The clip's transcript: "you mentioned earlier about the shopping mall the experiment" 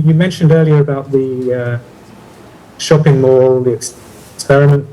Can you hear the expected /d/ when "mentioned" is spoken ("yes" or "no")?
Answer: yes